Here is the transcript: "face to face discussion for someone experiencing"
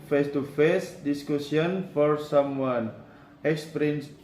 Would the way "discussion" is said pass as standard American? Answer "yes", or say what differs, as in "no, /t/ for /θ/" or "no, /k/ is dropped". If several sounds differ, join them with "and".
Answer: no, /s/ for /ʃ/